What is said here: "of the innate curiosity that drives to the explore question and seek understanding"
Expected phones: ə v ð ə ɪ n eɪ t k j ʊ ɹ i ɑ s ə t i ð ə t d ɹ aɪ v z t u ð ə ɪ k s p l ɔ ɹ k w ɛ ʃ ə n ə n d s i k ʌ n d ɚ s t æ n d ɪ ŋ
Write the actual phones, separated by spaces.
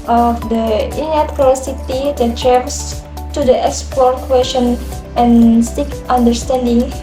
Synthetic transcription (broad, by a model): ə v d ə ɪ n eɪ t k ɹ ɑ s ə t i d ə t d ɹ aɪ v s t u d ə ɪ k s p ɔ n k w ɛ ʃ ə n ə n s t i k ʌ n d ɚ s t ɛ n d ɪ ŋ